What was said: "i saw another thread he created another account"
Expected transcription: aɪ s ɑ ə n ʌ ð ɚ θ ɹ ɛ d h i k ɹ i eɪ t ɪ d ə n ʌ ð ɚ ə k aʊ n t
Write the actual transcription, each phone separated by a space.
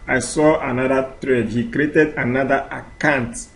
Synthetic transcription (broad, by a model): aɪ s ɑ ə n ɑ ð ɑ t ɹ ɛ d h i k ɹ i eɪ t ɪ d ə n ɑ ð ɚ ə k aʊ n t